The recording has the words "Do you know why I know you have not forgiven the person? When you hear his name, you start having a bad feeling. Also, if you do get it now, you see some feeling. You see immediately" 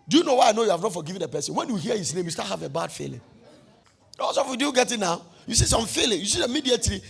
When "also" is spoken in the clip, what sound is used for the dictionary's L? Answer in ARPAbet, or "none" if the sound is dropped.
none